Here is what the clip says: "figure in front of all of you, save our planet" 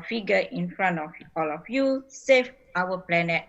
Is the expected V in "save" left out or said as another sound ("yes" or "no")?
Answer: yes